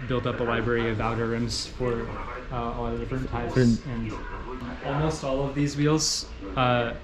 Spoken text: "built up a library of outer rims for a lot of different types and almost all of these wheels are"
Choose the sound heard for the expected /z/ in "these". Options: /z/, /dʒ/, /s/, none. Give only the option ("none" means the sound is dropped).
/z/